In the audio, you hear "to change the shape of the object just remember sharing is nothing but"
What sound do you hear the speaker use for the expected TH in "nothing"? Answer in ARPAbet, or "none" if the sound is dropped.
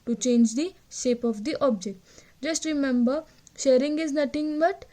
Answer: T